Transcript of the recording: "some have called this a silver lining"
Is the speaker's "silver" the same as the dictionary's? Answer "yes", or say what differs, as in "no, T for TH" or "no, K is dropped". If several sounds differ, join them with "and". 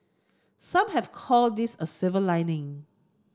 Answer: no, L is dropped